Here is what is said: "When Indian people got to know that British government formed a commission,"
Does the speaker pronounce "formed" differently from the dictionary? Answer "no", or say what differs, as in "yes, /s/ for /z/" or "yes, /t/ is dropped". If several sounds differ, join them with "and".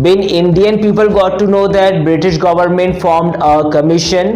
no